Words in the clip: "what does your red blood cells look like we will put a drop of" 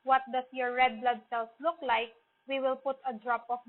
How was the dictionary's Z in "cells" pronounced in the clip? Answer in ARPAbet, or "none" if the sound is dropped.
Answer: S